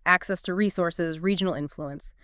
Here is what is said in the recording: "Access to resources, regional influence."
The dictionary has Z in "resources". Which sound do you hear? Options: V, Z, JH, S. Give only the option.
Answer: Z